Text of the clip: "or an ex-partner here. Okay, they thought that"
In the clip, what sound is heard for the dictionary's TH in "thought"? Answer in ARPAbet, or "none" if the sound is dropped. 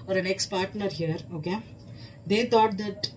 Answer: T